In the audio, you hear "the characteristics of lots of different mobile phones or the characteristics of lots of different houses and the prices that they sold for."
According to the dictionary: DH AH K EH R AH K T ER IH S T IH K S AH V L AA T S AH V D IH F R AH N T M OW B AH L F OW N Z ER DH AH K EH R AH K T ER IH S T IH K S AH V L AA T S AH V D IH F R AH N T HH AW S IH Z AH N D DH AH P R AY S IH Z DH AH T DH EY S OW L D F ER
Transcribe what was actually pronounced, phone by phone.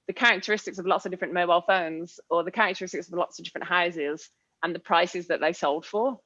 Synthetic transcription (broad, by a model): DH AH K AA R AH K T ER IH S T IH K S AH V L AA T S AH V D IH F R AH N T M OW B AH L F OW N Z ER DH AH K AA R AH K T ER IH S T IH K S AH V L AA T S AH V D IH F R AH N T HH AW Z IH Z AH N DH AH P R AY S IH Z DH AH T DH EY S OW L D F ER